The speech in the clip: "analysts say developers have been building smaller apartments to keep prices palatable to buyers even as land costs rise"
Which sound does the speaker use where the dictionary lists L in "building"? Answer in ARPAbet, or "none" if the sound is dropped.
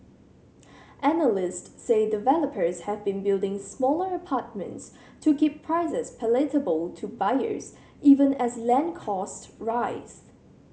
L